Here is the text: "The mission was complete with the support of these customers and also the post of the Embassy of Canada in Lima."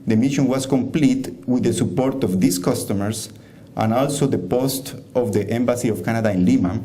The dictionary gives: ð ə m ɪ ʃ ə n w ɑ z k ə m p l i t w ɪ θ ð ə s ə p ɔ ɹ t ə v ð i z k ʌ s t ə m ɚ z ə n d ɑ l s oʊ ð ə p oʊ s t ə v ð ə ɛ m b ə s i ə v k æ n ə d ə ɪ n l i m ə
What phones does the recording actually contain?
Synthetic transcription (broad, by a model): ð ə m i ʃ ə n w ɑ s k ə m p l i t w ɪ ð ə s ə p ɔ ɹ t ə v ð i s k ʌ s t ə m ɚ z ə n ɑ l s oʊ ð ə p oʊ s t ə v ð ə ɛ m b ə s i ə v k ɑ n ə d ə ɪ n l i m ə